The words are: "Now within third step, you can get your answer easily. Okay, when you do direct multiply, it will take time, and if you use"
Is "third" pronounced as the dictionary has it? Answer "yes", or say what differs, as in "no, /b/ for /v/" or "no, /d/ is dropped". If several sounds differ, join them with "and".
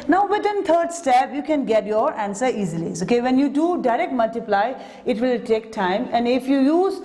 no, /t/ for /θ/